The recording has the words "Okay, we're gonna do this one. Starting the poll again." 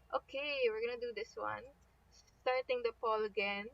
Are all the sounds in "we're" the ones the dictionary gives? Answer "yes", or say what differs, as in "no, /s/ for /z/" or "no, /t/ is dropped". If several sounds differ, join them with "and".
yes